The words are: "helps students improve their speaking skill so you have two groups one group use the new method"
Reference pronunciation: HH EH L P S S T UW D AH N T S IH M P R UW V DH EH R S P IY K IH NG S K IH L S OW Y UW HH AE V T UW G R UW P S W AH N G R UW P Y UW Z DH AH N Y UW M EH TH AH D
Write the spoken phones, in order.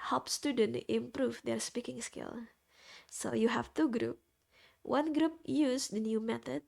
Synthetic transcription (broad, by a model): HH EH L P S S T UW D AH N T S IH M P R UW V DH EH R S P IY K IH NG S K IH L S OW Y UW HH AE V T UW G R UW P W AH N G R UW P Y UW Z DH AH N Y UW M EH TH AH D